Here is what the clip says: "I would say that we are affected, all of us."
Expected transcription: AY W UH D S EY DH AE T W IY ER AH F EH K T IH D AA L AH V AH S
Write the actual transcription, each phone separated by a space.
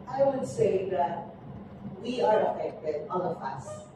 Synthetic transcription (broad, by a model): AY W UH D S EY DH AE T W IY ER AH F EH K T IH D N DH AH P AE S